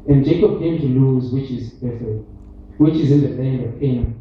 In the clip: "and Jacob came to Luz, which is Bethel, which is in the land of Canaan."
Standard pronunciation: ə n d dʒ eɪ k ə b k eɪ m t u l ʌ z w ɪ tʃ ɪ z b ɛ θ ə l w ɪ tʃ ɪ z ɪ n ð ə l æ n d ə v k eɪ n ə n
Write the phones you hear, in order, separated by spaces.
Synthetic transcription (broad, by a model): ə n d dʒ eɪ k ə b k eɪ m t u l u z w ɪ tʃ ɪ z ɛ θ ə w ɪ tʃ ɪ z ɪ n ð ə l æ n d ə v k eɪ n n